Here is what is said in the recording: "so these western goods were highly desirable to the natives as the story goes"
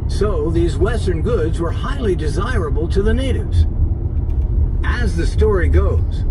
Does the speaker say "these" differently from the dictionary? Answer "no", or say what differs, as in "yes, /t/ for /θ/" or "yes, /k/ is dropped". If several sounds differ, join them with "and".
no